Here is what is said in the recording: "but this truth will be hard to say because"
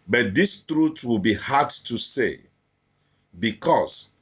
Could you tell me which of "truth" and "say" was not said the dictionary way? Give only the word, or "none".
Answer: truth